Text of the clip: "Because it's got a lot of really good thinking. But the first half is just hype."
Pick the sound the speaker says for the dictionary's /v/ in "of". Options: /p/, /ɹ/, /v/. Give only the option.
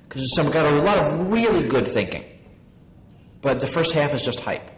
/v/